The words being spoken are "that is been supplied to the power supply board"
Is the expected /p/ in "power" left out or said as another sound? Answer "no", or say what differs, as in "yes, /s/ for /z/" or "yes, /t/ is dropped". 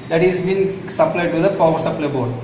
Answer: yes, /f/ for /p/